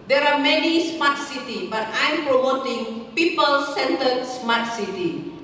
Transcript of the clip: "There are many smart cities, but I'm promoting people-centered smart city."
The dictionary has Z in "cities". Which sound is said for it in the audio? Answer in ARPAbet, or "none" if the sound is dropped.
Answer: none